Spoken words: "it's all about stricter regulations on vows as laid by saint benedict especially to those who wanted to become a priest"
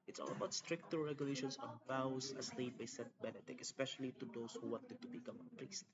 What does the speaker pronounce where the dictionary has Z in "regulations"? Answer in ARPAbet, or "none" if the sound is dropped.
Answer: S